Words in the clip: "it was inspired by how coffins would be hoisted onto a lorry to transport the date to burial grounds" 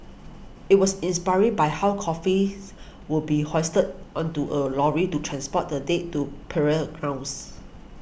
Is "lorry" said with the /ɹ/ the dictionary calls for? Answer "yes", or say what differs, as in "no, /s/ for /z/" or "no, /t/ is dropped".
yes